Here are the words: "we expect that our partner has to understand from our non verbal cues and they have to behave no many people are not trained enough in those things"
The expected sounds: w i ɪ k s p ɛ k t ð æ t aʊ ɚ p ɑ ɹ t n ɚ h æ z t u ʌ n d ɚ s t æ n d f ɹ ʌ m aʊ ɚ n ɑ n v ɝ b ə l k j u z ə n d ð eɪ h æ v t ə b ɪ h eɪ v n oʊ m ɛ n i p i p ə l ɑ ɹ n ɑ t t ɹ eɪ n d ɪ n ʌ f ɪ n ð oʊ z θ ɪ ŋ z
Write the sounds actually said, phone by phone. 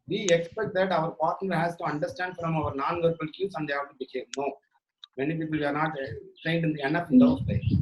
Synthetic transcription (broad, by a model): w i ɪ k s p ɛ k t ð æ t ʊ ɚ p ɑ ɹ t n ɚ h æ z t u ʌ n d ɚ s t æ n d f ɹ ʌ m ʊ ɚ n ɑ n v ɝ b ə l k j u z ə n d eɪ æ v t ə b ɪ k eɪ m n oʊ m ɛ n i p i p ə l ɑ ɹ n ɑ t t eɪ n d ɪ n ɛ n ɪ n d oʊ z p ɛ